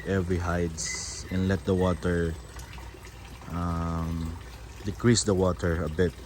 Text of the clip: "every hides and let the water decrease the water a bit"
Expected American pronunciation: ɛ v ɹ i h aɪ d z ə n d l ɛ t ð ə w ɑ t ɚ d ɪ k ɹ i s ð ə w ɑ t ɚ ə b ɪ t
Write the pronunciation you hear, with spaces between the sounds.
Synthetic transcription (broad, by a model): ɛ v ɹ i h aɪ d s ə n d l ɛ t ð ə w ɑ t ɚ d ɪ k ɹ i s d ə w ɑ t ɚ ə b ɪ t